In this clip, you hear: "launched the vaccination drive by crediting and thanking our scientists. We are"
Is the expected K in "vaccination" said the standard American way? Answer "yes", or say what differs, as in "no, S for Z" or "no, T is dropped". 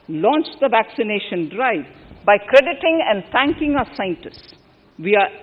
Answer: yes